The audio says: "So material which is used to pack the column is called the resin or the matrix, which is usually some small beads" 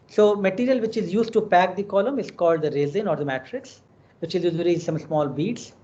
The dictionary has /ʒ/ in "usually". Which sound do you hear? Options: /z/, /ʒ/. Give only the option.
/z/